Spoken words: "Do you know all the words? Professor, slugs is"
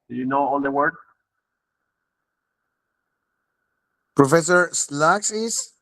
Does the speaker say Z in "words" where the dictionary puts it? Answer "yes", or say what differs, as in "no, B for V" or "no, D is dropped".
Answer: no, Z is dropped